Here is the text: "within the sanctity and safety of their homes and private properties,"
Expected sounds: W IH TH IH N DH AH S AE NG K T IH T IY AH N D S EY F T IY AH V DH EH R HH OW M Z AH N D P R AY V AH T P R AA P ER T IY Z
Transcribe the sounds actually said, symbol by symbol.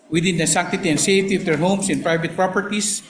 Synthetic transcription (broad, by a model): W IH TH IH N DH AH S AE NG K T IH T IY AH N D S EY F T IY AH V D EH R HH OW M S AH N P R AY V AH T P R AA P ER T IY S